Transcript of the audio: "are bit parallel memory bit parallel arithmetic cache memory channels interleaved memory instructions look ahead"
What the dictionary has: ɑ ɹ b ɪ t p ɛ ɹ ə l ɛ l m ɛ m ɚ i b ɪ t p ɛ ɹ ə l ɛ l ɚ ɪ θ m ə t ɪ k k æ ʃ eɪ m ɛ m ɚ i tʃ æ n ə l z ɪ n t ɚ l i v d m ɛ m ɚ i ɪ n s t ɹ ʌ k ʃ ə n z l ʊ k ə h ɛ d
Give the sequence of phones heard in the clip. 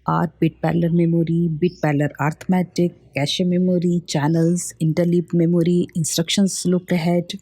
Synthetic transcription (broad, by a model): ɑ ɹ b ɪ t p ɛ l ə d m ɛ m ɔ i b ɪ t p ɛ l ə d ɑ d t m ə t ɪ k k æ ʃ eɪ m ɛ m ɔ i tʃ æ n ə l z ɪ n t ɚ l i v m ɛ m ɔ i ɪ n s t ɹ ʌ k ʃ ə n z l ʊ k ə h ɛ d